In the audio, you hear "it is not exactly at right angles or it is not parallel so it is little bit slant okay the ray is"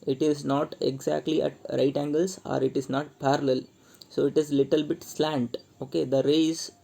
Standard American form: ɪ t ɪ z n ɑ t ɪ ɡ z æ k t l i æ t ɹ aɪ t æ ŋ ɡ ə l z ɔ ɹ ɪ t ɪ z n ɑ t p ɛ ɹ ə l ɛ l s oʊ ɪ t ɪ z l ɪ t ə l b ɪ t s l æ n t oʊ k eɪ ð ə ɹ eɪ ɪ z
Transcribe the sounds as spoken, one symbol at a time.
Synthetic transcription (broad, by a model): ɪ t ɪ z n ɑ t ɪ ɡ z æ k t l i æ t ɹ aɪ t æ ŋ ɡ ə l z ɔ ɹ ɪ t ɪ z n ɑ t p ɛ ɹ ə l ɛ l s oʊ ɪ t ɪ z l ɪ t ə l b ɪ t s l æ n t oʊ k eɪ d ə ɹ eɪ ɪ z